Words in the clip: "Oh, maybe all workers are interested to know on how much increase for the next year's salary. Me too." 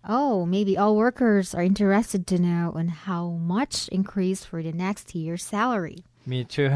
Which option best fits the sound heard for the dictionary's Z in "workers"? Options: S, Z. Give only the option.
Z